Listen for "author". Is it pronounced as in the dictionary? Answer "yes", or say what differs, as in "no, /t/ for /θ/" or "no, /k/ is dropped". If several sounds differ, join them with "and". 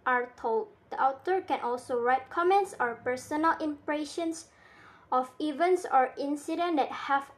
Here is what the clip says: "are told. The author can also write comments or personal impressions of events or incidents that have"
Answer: no, /t/ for /θ/